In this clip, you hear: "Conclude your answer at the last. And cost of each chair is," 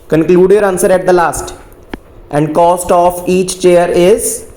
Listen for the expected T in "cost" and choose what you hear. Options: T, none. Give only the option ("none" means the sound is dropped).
T